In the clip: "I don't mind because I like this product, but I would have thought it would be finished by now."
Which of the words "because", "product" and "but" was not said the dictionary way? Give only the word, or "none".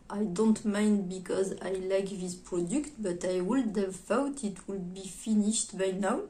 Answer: none